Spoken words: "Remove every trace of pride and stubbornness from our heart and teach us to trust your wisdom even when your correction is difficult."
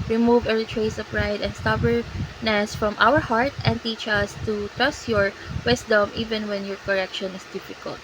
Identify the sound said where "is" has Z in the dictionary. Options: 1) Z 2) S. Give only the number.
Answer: 2